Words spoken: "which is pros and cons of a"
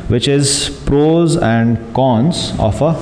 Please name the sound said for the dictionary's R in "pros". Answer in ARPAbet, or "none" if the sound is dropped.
R